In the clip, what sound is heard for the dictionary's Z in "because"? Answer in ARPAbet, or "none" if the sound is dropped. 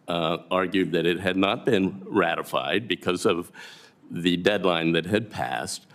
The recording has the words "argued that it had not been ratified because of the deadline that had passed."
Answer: Z